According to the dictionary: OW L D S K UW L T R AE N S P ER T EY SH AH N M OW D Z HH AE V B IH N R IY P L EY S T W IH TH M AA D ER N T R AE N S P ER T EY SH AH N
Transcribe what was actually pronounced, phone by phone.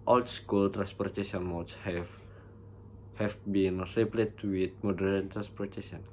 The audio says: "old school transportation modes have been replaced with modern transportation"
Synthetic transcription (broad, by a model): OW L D S K UW L T R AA N S P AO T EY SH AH N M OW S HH HH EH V B IH N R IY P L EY T W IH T M AA D ER N T R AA N S P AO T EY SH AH N